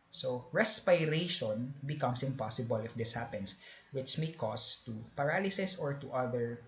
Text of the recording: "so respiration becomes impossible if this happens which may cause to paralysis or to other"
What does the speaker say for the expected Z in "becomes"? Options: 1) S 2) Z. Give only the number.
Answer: 1